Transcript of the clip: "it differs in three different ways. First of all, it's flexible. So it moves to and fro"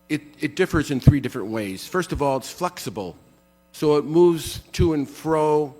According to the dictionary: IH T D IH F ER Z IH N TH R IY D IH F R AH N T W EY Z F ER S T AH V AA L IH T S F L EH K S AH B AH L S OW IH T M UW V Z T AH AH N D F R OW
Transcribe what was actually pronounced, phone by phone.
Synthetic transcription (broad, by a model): IH T D IH F ER Z IH N TH R IY D IH F R AH N T W EY Z F ER S T AH V AA L IH T S F L EH K S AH B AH L S OW IH T M UW V Z T AH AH N F R OW